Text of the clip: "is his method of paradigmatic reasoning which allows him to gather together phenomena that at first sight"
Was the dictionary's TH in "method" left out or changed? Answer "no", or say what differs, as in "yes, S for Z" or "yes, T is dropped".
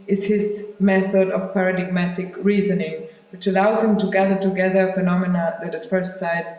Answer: no